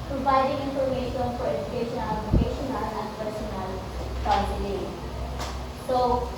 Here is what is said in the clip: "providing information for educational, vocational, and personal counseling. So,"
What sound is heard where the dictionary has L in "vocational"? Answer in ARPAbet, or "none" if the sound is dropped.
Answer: N